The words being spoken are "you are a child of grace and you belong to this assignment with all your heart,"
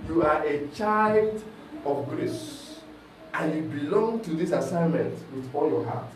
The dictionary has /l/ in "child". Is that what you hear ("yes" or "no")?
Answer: yes